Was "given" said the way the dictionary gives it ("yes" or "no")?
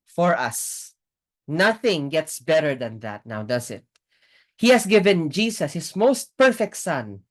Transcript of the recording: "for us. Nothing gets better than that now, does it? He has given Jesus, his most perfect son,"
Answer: yes